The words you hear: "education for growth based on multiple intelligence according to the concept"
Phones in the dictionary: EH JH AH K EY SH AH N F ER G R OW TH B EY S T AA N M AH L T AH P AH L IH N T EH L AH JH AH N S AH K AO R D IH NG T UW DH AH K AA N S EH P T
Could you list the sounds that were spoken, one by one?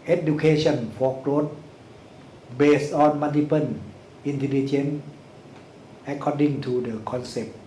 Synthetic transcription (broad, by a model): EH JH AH K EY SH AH N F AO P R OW T B EY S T AA N M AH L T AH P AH N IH N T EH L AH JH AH N AH K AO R D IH NG T UW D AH K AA N S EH P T